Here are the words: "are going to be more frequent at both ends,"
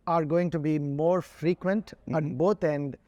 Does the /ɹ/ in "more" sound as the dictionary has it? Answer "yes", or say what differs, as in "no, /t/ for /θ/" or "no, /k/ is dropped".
yes